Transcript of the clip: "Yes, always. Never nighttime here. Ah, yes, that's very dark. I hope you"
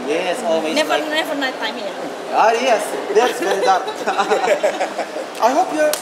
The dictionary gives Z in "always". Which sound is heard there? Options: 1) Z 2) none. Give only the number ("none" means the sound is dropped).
2